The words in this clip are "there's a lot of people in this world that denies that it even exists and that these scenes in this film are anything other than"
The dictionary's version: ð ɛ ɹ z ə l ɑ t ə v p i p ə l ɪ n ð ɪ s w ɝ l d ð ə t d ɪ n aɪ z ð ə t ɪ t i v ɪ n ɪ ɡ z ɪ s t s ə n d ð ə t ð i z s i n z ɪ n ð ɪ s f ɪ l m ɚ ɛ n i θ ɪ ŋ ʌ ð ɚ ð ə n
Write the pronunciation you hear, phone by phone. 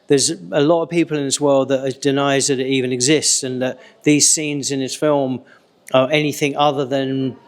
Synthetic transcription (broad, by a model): ð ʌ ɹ z ə l ɑ t ə v p i p ə l ɪ n ð ɪ s w ɝ l d ð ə t d ɪ n aɪ z ð ə t ɪ t i v ɪ n ɪ ɡ z ɪ s t s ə n ð ə t ð i z s i n z ɪ n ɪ s f ɪ l m ɚ ɛ n i θ ɪ ŋ ʌ ð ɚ ð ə n